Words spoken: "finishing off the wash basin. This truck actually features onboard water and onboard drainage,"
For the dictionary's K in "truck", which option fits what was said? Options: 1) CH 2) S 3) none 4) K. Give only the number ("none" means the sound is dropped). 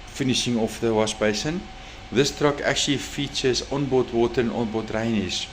4